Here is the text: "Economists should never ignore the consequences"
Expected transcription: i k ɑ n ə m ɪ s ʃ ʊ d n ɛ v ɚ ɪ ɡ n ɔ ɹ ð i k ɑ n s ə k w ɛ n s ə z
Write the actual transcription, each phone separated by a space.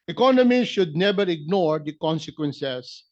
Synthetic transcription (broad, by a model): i k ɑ n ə m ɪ ʃ ʊ d n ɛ b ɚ ɪ ɡ n ɔ ɹ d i k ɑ n s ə k w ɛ n s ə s